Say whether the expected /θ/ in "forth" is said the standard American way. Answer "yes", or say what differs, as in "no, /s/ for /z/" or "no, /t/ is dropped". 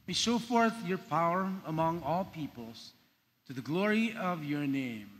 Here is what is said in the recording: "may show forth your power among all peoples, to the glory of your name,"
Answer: yes